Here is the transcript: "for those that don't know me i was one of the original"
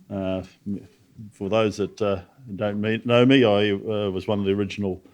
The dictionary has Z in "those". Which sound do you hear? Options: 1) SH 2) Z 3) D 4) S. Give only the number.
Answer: 2